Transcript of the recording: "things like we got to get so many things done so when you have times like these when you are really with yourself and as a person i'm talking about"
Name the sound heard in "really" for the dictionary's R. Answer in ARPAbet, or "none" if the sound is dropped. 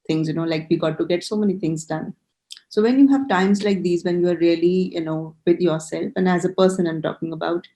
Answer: L